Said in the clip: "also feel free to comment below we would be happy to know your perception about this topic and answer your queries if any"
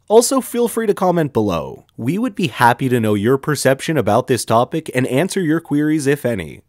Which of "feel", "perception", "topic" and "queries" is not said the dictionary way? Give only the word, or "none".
none